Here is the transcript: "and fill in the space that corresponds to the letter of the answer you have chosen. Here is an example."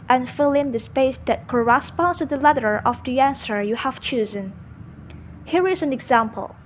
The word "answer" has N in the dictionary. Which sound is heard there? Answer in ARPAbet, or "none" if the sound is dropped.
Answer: N